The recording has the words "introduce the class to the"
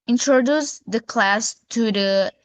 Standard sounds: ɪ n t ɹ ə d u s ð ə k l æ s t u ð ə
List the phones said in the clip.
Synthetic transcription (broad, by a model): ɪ n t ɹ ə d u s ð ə k l æ s t u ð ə